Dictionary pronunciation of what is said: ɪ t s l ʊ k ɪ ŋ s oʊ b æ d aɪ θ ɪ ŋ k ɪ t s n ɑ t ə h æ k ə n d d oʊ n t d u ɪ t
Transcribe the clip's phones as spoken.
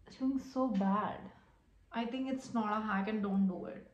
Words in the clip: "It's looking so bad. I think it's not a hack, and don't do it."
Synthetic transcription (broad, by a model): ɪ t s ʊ ɪ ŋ s oʊ b æ d aɪ t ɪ ŋ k ɪ t s n ɑ t ə h æ k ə n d d oʊ n t d u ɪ t